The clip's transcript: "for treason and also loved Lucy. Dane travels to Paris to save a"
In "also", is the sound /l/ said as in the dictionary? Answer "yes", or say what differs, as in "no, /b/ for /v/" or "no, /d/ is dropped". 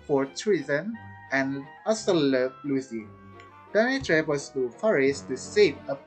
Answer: no, /l/ is dropped